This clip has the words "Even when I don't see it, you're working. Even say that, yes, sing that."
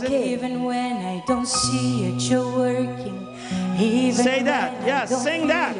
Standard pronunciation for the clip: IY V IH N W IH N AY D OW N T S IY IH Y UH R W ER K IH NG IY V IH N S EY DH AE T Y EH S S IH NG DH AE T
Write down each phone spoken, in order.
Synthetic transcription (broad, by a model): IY V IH N W IH N AY D OW N T S IY IH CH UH W ER K IH NG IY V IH S EY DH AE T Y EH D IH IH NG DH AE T